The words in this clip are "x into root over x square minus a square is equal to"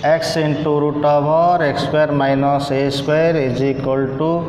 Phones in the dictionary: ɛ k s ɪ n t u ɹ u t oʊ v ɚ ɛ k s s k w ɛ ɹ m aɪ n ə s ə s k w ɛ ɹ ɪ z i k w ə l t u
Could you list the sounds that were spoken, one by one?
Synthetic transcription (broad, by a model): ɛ k s ɪ n t u ɹ u t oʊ b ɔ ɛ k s s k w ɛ ɹ m aɪ n ə s ə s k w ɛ ɹ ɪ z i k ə l t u